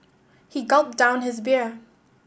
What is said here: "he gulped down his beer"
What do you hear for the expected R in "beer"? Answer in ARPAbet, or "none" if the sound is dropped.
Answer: R